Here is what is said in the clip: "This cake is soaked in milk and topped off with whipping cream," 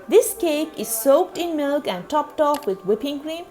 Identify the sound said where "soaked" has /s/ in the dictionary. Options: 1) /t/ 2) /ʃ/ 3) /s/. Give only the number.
3